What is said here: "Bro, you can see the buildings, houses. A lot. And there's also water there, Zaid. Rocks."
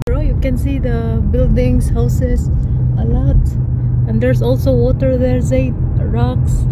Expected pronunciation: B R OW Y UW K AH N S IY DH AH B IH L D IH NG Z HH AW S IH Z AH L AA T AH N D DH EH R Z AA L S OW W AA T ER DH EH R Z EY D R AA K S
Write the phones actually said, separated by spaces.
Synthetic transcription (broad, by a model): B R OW Y UW K AH N S IY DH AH B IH L D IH NG S HH AW S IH S AH L AA T AH N D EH R S AA L S OW W AA T ER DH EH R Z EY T R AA K S